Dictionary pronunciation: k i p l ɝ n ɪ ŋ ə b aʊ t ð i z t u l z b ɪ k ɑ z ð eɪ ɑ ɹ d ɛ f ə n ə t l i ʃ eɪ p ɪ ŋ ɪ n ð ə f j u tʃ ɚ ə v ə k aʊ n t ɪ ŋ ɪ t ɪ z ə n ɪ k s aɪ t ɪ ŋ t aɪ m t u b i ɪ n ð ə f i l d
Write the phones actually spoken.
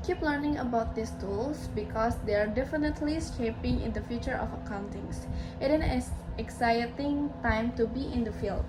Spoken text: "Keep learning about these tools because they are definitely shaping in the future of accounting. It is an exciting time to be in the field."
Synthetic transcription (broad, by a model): k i p l ɝ n ɪ ŋ ə b aʊ t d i s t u l s b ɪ k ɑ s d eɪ ɑ ɹ d ɛ f ə n ə t l i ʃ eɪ p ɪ ŋ ɪ n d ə f j u tʃ ɚ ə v ə k aʊ n t ɪ ŋ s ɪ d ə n ɪ k s aɪ t ɪ ŋ t aɪ m t u b i ɪ n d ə f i l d